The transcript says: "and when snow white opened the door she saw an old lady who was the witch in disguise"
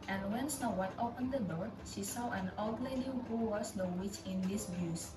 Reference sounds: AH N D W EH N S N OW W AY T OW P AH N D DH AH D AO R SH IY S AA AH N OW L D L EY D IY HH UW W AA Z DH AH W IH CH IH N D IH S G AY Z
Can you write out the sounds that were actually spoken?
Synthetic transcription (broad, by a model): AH N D W EH N S N OW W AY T OW P AH N D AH D AO R SH IY S AA AH N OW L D L EY D IY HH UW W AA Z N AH W IH CH IH N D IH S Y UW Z